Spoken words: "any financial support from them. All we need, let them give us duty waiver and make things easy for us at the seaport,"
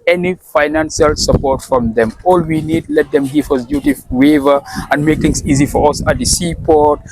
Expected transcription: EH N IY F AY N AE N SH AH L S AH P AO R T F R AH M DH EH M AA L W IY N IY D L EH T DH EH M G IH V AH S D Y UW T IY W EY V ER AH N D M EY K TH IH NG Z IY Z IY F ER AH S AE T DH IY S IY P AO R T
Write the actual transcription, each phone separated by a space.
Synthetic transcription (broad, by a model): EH N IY F AY N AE N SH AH L S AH P AO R T F R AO M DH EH M AA L W IY N IY D L EH T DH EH M G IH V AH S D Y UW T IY W EY V ER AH N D M EY K T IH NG S IY Z IY F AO AH S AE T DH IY S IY P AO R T